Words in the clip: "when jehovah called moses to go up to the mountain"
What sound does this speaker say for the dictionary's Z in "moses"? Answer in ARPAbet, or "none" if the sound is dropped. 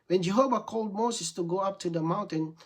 S